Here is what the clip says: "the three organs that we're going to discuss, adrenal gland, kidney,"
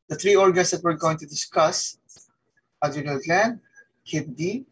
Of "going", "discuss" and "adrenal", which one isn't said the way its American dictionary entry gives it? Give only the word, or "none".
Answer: adrenal